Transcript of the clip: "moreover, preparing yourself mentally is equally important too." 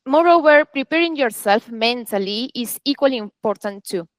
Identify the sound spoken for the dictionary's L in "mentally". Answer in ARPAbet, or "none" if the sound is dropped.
L